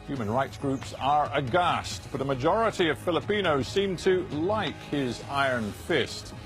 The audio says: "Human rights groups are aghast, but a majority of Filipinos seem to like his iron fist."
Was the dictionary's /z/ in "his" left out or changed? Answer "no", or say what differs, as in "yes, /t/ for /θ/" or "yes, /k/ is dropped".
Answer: no